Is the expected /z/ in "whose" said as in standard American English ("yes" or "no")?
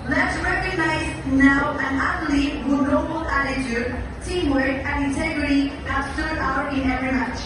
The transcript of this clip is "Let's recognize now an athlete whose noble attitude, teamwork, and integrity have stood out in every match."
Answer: no